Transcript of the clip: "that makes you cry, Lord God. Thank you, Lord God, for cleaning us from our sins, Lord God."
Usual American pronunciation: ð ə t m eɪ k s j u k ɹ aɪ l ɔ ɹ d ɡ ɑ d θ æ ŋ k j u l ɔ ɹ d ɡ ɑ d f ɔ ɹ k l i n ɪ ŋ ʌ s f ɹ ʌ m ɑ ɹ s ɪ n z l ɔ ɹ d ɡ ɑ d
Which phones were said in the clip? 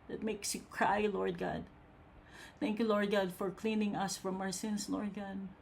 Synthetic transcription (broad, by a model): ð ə t m eɪ k s j u k ɹ aɪ l ɔ ɹ d ɡ ɑ d θ æ ŋ k j u l ɔ ɹ d ɡ ɑ d f ɔ ɹ k l i n ɪ ŋ ʌ s f ɹ ʌ m ɑ ɹ s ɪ n s l ɔ ɹ d ɡ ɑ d